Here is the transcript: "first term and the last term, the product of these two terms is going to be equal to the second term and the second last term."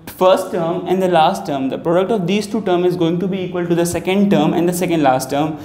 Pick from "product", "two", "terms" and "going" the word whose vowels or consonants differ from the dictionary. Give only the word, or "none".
terms